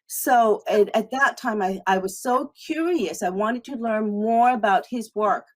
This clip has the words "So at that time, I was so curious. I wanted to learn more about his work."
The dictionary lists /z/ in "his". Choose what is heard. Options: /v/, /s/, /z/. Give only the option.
/z/